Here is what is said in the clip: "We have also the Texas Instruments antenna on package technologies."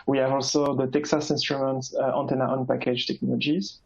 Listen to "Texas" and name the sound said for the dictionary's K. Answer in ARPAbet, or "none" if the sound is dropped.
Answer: K